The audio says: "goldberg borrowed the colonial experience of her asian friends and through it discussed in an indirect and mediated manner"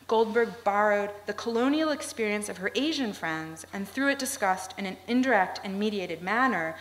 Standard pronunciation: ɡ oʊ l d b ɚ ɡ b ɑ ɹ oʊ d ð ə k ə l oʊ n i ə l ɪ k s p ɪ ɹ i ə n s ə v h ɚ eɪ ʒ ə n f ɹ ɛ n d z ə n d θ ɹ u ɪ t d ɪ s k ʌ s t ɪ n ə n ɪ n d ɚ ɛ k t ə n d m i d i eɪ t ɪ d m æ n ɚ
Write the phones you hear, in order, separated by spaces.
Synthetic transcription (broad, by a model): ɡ oʊ l d b ɚ ɡ b ɑ ɹ oʊ d ð ə k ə l oʊ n i l ɪ k s p ɪ ɹ i ə n s ə v ɚ eɪ ʒ ə n f ɹ ɛ n d z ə n θ ɹ u ɪ t d ɪ s k ʌ s t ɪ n ə n ɪ n d ɚ ɛ k t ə n m i d i eɪ t ɪ d m æ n ɚ